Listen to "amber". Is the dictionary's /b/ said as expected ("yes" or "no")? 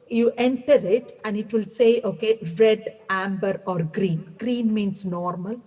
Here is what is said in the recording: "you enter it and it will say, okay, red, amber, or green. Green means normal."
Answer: yes